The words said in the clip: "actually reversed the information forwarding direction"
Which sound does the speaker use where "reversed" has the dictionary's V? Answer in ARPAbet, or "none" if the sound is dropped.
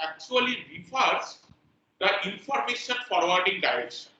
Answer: F